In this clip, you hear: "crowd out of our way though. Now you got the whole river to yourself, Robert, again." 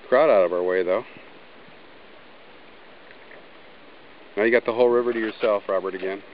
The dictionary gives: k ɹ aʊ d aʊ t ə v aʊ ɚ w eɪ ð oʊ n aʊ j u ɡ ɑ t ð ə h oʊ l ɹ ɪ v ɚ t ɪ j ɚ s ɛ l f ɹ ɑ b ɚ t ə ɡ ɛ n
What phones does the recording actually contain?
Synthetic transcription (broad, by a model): k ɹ aʊ d aʊ t ə v aʊ ɚ w eɪ ð oʊ n aʊ j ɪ ɡ ɑ t ð ə h oʊ l ɹ ɪ v ɚ t ɪ j ɚ s ɛ l f ɹ ɑ b ɚ t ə ɡ ɛ n